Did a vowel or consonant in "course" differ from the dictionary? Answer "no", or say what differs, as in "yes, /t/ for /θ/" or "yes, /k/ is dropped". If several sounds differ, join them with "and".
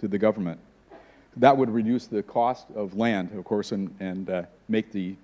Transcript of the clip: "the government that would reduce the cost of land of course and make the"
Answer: no